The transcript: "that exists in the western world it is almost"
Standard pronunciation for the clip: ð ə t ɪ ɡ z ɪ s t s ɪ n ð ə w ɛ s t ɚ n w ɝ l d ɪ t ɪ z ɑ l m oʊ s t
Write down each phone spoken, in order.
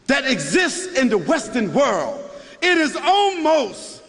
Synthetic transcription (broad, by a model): ð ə t ɪ ɡ z ɪ s t s ɪ n ð ə w ɛ s t ɚ n w ɝ l d ɪ t ɪ z ɑ l m oʊ s t